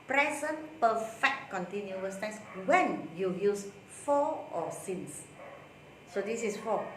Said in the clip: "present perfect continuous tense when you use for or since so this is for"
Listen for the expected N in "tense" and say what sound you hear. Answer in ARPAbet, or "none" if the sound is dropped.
none